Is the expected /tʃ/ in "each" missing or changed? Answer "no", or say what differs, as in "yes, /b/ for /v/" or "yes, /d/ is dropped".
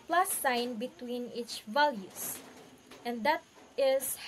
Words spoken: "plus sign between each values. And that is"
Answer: no